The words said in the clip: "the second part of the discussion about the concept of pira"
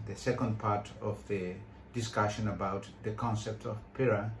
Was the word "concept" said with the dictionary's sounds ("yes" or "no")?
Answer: yes